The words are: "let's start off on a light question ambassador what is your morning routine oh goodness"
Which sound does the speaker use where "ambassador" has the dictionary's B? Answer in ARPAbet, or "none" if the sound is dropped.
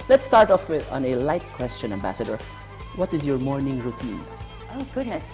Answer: B